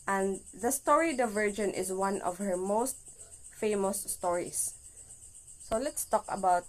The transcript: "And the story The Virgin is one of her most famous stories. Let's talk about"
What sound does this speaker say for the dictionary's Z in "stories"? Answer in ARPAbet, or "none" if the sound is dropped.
S